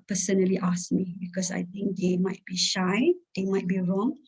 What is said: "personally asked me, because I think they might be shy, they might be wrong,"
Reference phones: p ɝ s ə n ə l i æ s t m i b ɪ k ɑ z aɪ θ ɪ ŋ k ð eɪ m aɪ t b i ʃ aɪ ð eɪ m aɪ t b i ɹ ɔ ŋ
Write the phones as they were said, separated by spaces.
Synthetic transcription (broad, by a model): p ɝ s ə n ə l i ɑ s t m i b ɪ k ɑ s aɪ t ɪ ŋ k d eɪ m aɪ t b i ʃ aɪ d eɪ m aɪ t b i ɹ ɔ ŋ